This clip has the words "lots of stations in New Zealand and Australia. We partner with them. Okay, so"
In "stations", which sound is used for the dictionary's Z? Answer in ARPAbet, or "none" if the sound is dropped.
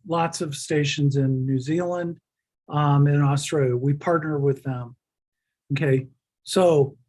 Z